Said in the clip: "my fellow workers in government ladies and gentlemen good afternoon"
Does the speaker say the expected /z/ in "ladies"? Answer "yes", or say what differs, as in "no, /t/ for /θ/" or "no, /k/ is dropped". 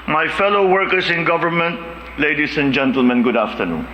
no, /s/ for /z/